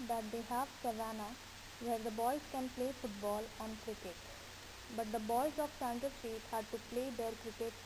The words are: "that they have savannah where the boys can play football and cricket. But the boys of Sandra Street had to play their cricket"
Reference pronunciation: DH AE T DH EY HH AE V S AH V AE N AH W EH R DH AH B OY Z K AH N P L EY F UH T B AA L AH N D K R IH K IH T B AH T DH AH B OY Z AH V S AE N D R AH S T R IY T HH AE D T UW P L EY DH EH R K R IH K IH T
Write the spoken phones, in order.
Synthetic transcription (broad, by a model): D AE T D EY HH AE V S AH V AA N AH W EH R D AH B OY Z K AH N P L EY F UH T B AA L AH N K R IH K IH T B AH T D AH B OY Z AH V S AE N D AH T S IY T HH AE D T UW P L EY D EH R K R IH K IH T